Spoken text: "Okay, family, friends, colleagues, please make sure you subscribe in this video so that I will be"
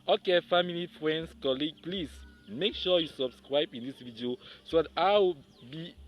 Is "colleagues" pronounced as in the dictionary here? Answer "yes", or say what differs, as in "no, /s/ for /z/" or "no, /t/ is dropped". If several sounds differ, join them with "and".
no, /z/ is dropped